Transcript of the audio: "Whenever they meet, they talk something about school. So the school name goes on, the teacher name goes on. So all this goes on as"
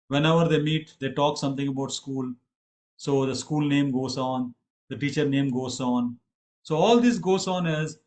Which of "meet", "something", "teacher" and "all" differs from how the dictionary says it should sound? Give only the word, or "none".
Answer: something